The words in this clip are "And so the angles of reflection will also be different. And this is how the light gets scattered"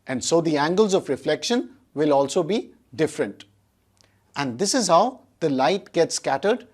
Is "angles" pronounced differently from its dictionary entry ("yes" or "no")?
no